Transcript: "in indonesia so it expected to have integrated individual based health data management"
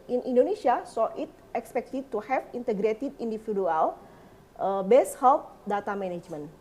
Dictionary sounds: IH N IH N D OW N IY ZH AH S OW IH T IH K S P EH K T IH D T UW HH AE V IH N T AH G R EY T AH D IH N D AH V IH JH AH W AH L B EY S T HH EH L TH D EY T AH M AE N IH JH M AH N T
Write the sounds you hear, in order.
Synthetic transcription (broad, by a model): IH N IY N D OW N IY S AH S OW IH T IH K S P EH K T IH D T UW HH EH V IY N T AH G R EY T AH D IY N D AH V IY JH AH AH L B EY S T HH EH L T D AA T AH M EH N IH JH M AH N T